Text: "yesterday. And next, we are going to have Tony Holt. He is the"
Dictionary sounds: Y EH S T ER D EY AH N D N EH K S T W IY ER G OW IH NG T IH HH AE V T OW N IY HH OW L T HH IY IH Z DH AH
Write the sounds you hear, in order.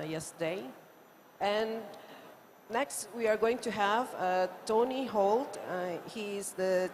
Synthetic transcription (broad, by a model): Y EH S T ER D EY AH N N EH K S T W IY ER G OW IH NG T IH HH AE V T OW N IY HH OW L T HH IY IH Z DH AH